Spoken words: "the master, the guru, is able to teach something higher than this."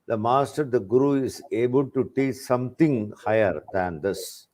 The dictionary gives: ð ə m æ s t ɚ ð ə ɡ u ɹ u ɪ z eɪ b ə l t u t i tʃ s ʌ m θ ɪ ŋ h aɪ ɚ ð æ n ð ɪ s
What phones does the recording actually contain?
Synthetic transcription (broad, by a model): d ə m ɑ s t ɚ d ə ɡ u ɹ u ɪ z eɪ b ə l t u t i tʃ s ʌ m t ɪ ŋ h aɪ ɚ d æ n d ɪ s